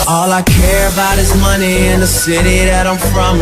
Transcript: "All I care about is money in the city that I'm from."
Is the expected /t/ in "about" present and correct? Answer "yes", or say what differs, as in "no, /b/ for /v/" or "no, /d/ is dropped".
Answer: yes